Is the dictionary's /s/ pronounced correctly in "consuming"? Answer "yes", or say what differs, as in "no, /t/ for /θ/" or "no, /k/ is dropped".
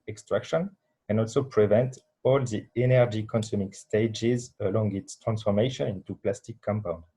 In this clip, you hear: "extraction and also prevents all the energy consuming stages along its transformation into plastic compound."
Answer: yes